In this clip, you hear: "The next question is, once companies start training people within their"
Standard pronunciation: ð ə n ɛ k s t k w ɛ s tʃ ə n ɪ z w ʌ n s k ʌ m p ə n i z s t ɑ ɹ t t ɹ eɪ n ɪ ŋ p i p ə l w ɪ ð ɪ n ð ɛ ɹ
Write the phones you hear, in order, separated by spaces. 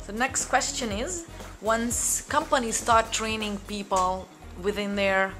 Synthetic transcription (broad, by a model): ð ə n ɛ k s t k w ɛ s tʃ ə n ɪ z w ʌ n s k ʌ m p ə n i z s t ɑ ɹ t t ɹ eɪ n ɪ ŋ p i p ə l w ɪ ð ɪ n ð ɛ ɹ